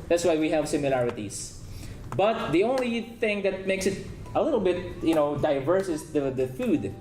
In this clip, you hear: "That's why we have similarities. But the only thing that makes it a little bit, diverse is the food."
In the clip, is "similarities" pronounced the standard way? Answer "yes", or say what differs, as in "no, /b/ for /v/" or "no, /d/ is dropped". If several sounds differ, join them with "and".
no, /s/ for /z/